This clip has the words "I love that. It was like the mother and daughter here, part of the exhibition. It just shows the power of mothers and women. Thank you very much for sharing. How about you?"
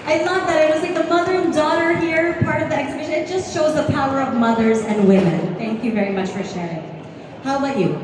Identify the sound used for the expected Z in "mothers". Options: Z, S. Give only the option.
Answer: Z